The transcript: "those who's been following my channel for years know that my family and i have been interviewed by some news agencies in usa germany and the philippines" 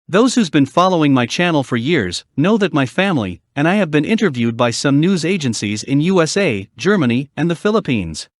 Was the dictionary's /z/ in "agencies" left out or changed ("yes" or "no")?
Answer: no